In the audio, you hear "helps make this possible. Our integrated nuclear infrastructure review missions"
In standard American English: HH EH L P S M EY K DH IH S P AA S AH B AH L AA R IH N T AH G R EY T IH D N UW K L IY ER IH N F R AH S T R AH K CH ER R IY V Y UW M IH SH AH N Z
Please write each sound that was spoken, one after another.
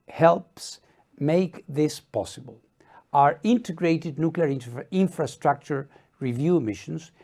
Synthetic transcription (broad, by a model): HH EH L P S M EY K DH IH S P AA S AH B AH L AA R IH N T AH G R EY T IH D N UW K L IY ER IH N F R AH S T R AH K CH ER R IY V Y UW M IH SH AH N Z